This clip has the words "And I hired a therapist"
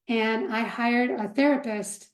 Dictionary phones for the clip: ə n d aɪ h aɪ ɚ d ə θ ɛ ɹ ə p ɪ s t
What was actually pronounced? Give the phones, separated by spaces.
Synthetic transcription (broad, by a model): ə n aɪ h aɪ ɚ d ə θ ɛ ɹ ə p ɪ s t